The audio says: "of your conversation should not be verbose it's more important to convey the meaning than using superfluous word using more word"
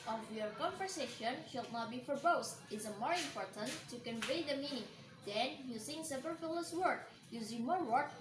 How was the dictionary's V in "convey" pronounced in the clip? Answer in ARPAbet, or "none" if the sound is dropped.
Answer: V